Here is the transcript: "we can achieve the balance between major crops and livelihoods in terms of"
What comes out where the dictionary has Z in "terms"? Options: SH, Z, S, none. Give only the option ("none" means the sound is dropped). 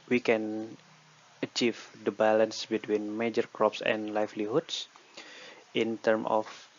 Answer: none